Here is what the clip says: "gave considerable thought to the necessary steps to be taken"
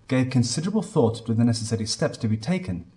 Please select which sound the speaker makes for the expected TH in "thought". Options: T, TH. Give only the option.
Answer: TH